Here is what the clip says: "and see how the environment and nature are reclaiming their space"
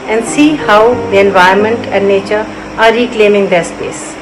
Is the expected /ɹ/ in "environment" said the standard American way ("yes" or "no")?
no